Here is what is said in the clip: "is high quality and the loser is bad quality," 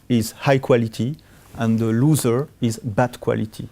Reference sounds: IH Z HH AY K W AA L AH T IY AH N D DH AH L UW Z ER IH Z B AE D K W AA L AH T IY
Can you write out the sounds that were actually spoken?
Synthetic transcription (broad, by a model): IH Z HH AY K W AA L AH T IY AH N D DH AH L UW Z ER IH Z B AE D K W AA L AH T IY